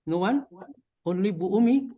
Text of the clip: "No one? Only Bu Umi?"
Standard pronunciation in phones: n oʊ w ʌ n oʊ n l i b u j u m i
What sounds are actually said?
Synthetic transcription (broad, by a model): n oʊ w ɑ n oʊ l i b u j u m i